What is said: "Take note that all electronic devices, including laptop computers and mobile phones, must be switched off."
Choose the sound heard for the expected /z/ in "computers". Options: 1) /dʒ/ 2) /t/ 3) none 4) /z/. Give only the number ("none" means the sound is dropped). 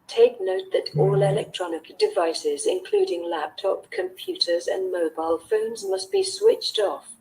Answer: 4